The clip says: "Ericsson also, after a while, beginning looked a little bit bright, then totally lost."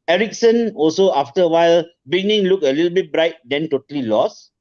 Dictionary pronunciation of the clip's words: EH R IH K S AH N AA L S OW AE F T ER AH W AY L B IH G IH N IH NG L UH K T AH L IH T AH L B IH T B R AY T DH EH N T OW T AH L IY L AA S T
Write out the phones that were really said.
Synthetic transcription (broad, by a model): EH R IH K S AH N AA L S OW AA F T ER AH W AY L B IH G N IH NG L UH K AH L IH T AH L B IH T B R AY T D EH N T OW T AH L IY L AA S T